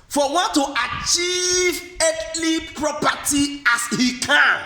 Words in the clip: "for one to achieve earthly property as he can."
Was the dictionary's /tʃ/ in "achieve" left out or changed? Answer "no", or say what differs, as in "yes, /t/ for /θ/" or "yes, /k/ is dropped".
no